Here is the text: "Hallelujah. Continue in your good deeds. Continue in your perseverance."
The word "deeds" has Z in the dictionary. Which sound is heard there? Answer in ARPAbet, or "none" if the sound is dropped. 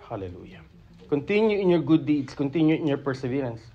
S